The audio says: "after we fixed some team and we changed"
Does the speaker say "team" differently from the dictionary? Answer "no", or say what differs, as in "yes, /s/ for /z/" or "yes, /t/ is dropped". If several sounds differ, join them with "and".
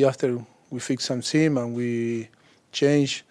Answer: yes, /s/ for /t/